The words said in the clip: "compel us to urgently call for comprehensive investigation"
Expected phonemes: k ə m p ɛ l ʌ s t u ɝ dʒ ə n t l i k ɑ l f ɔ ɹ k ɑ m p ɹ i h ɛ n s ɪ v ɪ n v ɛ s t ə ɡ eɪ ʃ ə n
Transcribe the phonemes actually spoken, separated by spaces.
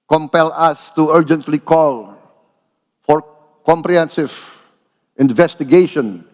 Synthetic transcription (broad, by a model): k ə m p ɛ l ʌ s t u ɝ dʒ ə n t l i k ɑ l f ɔ ɹ k ɑ m p ɹ i h ɛ n s ɪ v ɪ n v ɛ s t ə ɡ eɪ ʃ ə n